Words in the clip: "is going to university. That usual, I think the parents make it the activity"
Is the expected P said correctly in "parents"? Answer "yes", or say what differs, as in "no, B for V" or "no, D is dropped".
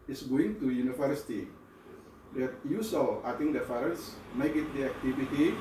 no, F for P